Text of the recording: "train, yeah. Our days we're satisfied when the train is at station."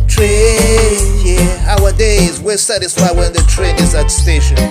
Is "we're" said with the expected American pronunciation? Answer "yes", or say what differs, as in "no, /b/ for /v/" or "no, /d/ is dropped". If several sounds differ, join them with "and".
no, /l/ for /ɹ/